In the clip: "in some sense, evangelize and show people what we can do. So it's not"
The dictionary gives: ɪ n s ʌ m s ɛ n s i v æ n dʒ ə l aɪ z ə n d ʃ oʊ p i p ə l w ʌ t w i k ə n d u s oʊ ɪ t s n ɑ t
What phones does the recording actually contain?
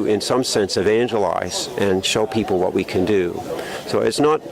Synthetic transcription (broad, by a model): ɪ n s ʌ m s ɛ n s i v æ n dʒ ə l aɪ z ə n ʃ oʊ p i p l w ʌ t w i k ə n d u s oʊ ɪ t s n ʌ t